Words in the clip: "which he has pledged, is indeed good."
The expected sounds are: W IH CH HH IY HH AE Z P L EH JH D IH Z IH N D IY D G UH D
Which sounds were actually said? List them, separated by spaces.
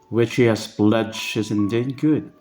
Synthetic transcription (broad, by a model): W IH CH HH IY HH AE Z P L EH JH IH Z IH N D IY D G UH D